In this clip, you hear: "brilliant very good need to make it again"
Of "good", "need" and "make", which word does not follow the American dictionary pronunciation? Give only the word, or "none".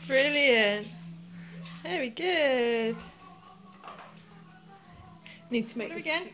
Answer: make